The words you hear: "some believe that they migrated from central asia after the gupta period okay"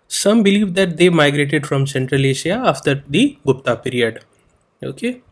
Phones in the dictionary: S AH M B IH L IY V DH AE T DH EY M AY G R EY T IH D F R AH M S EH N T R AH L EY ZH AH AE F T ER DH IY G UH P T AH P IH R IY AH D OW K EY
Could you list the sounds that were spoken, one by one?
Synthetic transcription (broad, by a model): S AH M B IH L IY V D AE T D EY M AY G R EY T IH D F R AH M S EH N T R AH L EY SH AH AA F T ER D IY G UH P T AH P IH R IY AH D OW K EY